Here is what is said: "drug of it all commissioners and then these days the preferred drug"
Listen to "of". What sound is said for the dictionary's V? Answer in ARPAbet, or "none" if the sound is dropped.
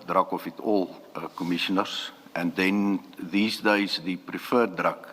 F